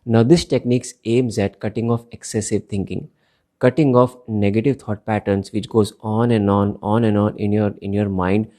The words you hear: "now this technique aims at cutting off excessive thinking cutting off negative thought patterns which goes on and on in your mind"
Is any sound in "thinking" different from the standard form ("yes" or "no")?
yes